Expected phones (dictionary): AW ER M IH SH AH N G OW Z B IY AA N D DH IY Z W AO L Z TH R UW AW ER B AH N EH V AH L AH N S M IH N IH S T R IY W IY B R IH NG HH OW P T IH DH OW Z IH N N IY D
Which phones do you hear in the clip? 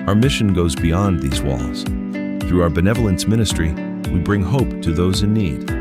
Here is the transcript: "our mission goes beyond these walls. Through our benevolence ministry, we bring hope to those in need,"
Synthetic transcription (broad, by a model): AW ER M IH SH AH N G OW Z B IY AA N DH IY Z W AO L Z TH R UW AW ER B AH N EH V L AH N S M IH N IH S T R IY W IY B R IH NG HH OW P T IH DH OW Z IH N N IY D